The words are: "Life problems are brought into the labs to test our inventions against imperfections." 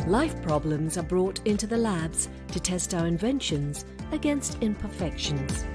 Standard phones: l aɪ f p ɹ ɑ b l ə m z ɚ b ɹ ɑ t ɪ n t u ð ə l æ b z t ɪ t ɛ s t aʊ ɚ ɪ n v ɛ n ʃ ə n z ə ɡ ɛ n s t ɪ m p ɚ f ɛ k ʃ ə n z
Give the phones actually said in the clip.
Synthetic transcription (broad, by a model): l aɪ f p ɹ ɑ b l ə m z ɚ b ɹ ɑ t ɪ n t u ð ə l æ b z t ɪ t ɛ s t aʊ ɚ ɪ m v ɛ n ʃ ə n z ə ɡ ɛ n s t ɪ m p ɚ f ɛ k ʃ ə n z